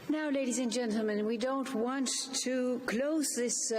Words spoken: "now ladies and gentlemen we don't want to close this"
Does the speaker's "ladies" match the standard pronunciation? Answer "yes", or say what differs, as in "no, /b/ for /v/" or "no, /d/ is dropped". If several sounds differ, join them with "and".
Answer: yes